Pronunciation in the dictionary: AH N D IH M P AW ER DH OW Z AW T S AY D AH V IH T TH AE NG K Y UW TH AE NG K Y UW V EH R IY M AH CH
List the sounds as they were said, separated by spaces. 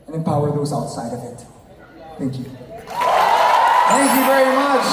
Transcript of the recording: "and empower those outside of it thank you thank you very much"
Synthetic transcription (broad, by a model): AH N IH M P AW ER DH OW Z AW T S AY D AH V IH T TH AE NG K Y UW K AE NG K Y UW V EH R IY M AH CH